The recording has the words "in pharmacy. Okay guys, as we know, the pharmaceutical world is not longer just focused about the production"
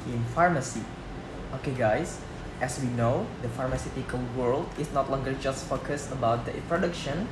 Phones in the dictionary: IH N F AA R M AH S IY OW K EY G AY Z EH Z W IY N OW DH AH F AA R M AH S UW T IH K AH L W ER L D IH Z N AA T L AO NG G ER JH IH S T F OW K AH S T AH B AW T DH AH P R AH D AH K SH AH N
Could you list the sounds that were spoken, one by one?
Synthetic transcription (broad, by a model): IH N F AA R M AH S IY OW K EY G AY S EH S W IY N OW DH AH F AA R M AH S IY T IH K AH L W ER L D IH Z N AA T L AO NG G ER JH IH S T F OW K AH S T AH B AW T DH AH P R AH D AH K SH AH N